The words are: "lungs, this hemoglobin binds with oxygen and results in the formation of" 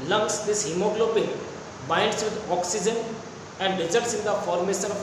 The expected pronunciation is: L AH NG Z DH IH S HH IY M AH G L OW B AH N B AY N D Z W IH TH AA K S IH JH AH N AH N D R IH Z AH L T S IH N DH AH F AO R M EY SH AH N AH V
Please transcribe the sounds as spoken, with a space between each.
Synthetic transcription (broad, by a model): L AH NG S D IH S HH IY M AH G L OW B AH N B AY N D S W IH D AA K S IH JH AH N AH N D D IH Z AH T S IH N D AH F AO R M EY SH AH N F